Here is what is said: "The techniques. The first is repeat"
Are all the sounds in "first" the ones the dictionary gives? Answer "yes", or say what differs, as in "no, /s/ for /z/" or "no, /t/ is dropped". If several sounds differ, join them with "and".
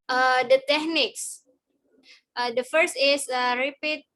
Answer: yes